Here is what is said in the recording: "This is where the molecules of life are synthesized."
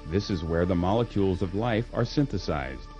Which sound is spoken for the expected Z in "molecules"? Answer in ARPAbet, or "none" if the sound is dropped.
Z